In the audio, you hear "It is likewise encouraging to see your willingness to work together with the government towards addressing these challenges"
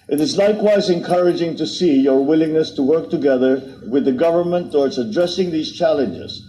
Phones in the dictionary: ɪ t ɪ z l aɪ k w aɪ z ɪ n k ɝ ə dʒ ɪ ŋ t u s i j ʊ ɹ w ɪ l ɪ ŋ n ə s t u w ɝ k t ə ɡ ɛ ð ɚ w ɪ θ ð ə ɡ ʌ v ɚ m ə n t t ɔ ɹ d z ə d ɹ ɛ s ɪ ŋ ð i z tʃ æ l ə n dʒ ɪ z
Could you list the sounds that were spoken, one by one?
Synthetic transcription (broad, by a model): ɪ t ɪ z l aɪ k w aɪ z ɪ n k ɝ ə dʒ ɪ ŋ t u s i j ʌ ɹ w ɪ l ɪ ŋ n ə s t u w ɝ k t ə ɡ ɛ ð ɚ w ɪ ð ə ɡ ʌ v ɚ m ə n t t ɔ ɹ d s ə d ɹ ɛ s ɪ ŋ ð i z tʃ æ l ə n dʒ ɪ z